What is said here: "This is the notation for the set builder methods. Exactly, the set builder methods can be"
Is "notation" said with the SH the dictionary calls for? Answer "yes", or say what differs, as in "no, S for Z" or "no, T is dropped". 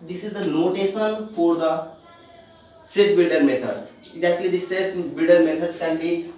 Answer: no, S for SH